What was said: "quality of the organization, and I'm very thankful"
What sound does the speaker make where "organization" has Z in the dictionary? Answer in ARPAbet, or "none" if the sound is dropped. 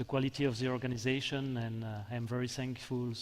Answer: Z